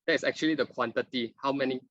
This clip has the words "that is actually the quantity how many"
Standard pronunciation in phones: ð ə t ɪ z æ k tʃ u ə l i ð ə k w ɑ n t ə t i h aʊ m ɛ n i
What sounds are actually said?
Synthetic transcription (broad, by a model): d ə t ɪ s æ k tʃ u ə l i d ə k w ɑ n t ə t i h aʊ m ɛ n i